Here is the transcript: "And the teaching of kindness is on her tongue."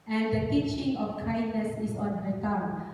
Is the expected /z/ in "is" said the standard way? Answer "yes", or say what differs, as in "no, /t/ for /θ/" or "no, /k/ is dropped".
no, /s/ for /z/